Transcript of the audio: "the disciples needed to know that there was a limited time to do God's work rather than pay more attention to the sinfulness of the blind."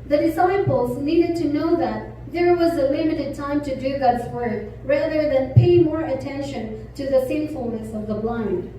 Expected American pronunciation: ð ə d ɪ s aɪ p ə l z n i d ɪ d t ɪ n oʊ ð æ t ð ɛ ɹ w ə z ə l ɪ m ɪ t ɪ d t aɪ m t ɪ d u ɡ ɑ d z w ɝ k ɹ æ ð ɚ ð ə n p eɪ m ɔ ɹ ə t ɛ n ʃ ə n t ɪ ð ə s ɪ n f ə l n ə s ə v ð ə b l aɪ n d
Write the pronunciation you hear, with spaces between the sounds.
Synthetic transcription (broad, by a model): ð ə d ɪ s aɪ p ə l z n i d ɪ d t ɪ n oʊ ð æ t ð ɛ ɹ w ə z ə l ɪ m ɪ t ɪ d t aɪ m t ɪ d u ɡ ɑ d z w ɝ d ɹ æ ð ɚ ð ə n p eɪ m ɔ ɹ ə t ɛ n ʃ ə n t ɪ ð ə s ɪ n f ə l n ə s ə v ð ə b l aɪ n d